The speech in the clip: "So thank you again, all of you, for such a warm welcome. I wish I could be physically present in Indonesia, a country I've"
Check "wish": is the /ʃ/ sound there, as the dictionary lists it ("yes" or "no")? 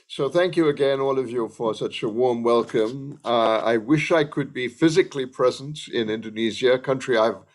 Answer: yes